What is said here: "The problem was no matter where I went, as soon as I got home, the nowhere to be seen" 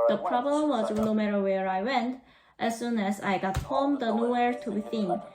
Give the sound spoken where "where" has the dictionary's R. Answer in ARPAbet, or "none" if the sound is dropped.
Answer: R